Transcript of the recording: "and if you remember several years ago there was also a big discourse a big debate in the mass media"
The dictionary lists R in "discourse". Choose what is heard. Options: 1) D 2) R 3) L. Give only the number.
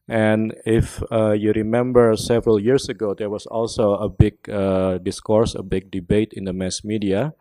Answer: 2